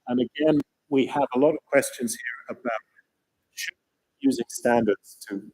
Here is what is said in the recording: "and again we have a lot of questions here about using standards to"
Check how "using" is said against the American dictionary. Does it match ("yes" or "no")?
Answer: yes